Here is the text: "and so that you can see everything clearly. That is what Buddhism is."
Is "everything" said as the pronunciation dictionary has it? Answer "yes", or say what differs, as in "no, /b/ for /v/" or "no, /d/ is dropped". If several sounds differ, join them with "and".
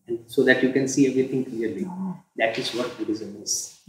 no, /t/ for /θ/